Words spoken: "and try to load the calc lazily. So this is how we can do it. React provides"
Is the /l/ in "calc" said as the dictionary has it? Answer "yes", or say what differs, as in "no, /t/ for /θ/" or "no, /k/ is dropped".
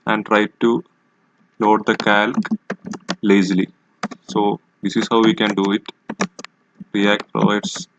yes